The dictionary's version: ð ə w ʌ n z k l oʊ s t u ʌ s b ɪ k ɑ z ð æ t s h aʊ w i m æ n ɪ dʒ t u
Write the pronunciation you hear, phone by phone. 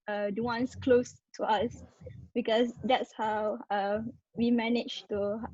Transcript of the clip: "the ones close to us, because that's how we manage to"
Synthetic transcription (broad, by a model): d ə w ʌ n s k l oʊ s t u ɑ s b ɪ k ɑ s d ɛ t s h aʊ w i m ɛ n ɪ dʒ t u